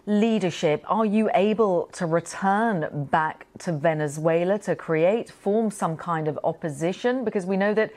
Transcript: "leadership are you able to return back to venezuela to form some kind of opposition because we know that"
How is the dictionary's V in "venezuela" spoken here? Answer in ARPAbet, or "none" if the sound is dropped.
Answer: V